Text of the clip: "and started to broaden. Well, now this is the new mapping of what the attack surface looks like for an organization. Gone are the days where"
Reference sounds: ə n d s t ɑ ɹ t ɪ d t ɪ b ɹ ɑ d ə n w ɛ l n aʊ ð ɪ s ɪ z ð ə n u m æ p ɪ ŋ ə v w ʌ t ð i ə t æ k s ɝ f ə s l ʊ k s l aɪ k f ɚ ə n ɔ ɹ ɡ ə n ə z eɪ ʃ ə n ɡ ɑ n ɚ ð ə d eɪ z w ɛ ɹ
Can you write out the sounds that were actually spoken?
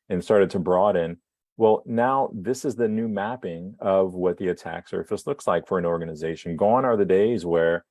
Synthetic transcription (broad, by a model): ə n s t ɑ ɹ t ɪ d t ɪ b ɹ ɑ d ə n w ɛ l n aʊ ð ɪ s ɪ z ð ə n u m æ p ɪ ŋ ə v w ʌ t ð i ə t æ k s ɝ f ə s l ʊ k s l aɪ k f ɚ ə n ɔ ɹ ɡ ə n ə z eɪ ʃ n ɡ ɑ n ɚ ð ə d eɪ z w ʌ ɹ